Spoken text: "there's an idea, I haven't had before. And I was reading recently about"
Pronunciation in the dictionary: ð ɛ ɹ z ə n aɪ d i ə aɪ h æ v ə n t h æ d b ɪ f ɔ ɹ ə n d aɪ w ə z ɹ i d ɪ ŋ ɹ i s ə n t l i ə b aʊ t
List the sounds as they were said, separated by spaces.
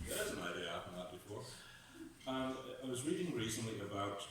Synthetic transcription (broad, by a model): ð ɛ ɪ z ə n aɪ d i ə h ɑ p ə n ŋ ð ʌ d b ɪ f ɔ ɹ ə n aɪ w ə z ɹ i d ɪ ŋ ɹ i s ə n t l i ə b aʊ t